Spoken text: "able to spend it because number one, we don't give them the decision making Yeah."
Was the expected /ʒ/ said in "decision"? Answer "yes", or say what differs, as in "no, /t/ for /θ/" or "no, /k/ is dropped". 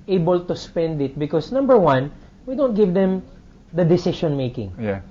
no, /ʃ/ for /ʒ/